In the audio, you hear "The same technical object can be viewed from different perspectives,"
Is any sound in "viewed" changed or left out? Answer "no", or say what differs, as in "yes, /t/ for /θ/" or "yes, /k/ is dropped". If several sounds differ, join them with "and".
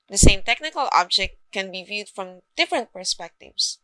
no